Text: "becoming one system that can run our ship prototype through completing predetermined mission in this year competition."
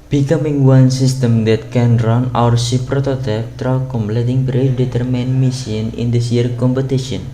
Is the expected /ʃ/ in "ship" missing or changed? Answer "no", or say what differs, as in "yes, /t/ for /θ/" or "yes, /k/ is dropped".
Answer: yes, /s/ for /ʃ/